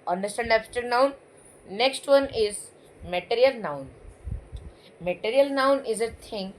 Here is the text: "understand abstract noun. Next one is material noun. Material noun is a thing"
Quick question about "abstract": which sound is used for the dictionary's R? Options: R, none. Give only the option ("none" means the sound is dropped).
none